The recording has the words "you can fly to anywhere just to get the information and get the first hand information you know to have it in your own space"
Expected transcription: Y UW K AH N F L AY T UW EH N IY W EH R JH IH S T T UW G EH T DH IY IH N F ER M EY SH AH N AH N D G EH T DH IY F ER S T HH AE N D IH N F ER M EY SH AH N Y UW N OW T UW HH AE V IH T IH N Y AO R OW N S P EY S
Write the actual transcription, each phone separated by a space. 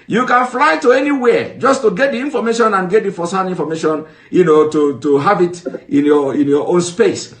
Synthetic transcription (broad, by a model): Y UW K AH N F L AY T UW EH N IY W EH JH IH S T T UW G EH T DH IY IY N F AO M EY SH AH N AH N G EH T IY F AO S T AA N IY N F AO M EY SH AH N Y UW N OW T UW HH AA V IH T IH N Y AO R OW N S P EY S